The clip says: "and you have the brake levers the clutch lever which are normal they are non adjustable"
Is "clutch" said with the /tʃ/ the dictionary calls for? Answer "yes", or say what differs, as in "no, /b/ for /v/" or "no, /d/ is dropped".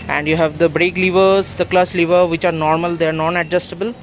no, /s/ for /tʃ/